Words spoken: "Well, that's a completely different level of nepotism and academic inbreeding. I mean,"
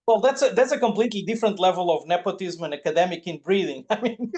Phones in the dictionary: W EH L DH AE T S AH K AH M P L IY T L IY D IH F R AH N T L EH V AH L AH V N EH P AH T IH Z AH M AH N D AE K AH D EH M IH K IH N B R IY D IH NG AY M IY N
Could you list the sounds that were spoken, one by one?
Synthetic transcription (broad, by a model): W EH L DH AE T S AH K AH M P L IY T L IY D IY F R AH N T L EH V AH L AH V N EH P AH T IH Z M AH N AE K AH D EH M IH K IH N B R IY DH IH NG AY M IY N